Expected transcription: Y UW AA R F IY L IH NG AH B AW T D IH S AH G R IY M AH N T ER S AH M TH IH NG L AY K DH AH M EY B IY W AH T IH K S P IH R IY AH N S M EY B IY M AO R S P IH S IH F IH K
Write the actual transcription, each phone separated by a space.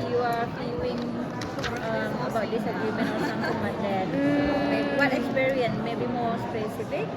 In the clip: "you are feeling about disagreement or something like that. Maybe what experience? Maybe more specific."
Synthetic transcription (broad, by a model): Y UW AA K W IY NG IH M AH B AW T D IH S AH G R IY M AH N ER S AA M T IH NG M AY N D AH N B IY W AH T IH K S P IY R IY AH N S M EY B IY M AO R S P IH S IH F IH K